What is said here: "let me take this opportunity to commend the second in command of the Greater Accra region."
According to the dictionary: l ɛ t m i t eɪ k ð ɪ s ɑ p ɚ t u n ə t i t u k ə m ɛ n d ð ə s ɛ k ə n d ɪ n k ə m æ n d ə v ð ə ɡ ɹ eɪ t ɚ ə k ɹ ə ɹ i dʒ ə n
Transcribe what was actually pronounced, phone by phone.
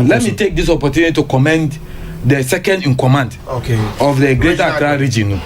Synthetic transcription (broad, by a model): l ɛ t m i t eɪ k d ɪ s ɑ p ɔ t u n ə t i t u k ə m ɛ n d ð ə s ɛ k ə n d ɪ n k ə m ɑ n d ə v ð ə ɡ ɹ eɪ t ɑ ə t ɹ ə ɹ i dʒ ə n